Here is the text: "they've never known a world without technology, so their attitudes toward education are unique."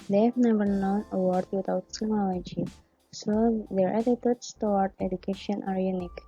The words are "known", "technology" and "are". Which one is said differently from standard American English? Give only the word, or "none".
technology